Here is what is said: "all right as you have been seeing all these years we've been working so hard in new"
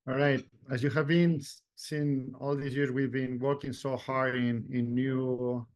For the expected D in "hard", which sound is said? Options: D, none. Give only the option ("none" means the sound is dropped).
none